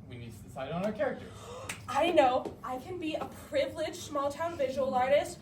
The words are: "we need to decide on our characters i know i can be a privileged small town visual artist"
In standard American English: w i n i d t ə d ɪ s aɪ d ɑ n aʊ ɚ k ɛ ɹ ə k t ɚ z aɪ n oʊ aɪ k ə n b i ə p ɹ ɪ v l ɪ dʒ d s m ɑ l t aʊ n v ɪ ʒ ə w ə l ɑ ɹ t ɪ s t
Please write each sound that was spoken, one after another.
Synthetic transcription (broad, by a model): w i n i d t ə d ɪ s aɪ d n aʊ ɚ k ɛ ɹ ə k t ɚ aɪ n oʊ aɪ k ə n b i ə p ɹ ɪ v l ɪ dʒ s m ɑ l t aʊ n v ɪ ʒ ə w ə l ɑ ɹ t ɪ s t